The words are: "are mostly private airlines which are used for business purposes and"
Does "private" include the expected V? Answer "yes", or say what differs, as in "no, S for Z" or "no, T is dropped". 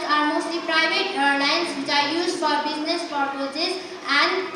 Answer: no, B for V